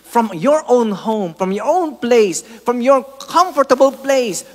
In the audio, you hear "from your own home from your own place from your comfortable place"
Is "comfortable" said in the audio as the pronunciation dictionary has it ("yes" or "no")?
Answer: yes